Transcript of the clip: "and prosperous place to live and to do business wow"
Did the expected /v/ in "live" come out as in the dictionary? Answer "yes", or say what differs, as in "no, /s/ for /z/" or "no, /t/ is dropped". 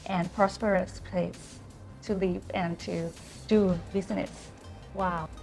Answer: no, /p/ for /v/